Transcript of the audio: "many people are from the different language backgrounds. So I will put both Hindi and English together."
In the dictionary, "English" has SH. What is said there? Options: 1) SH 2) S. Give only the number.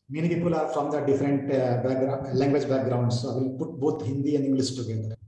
2